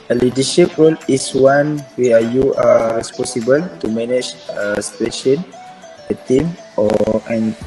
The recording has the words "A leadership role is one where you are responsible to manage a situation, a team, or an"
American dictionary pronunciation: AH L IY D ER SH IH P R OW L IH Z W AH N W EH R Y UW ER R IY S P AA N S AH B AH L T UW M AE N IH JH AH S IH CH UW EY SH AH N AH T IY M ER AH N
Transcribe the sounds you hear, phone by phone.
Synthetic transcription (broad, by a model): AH L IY D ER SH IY P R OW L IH S W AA N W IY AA Y UW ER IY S P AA S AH B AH L T UW M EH N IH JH AH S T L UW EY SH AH N AH T IY M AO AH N